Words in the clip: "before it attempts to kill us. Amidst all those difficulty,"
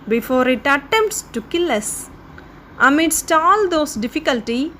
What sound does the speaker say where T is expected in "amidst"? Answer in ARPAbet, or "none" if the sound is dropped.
T